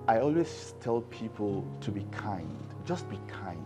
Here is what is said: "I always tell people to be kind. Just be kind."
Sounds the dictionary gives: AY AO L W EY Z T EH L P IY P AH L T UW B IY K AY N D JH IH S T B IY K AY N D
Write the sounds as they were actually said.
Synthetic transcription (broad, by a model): AY AO L W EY S T EH L P IY P AH L T UW B IY K AY N D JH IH S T B IY K AY N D